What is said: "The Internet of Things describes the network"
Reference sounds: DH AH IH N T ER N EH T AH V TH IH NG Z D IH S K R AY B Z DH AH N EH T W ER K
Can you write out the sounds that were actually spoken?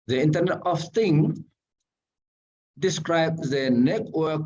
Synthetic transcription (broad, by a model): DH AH IH N T ER N EH T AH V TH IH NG D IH S K R AY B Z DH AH N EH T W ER K